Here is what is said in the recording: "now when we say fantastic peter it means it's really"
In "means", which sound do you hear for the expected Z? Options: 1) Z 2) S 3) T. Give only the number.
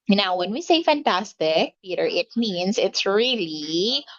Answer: 2